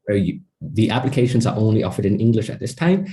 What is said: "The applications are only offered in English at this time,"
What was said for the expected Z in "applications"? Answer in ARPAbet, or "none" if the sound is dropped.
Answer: Z